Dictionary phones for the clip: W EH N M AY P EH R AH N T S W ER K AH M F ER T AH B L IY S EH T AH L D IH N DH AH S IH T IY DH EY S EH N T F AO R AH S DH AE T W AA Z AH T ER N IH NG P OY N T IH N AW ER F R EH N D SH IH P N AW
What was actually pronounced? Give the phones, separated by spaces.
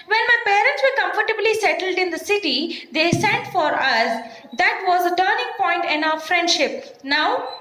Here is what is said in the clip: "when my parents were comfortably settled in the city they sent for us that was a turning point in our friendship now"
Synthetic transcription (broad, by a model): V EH N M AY P EH R AH N T S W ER K AH M F ER T AH B L IY S EH T AH L D IH N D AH S IH T IY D EY S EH N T F AO R AH S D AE T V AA Z AH T ER N IH NG P OY N T IH N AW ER F R EH N D SH IH P N AW